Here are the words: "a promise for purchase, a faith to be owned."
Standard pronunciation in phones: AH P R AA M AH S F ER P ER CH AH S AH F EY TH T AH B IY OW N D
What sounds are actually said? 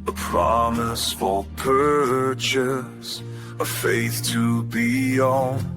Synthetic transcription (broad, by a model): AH P R AA M AH S F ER P ER CH AH S AH F EY TH T AH B IY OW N